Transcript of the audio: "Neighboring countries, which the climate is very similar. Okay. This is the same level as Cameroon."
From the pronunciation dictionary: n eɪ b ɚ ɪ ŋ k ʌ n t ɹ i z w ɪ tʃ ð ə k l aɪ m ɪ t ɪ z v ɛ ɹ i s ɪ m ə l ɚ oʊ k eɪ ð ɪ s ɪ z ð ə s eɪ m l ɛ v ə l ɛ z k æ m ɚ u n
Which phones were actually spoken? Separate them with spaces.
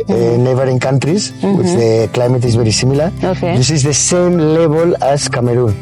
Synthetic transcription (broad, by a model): n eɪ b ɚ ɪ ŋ k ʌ n t ɹ i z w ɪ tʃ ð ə k l aɪ m ɪ t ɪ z b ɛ ɹ i s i m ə l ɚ oʊ k eɪ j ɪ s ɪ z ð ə s eɪ m l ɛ b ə l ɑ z k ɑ m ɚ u n